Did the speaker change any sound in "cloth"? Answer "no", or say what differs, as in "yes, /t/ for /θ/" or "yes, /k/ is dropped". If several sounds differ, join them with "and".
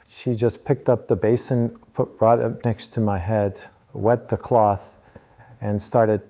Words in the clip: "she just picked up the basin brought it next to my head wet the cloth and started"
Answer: no